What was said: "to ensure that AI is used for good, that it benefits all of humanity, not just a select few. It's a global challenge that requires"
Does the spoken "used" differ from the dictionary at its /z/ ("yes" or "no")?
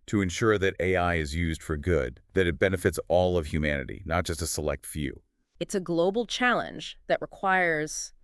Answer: no